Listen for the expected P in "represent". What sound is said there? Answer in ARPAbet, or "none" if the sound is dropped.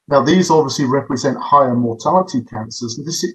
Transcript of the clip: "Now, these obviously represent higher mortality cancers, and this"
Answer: P